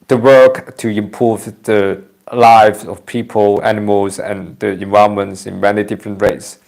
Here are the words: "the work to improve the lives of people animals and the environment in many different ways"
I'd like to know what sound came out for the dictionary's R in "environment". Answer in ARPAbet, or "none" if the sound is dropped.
none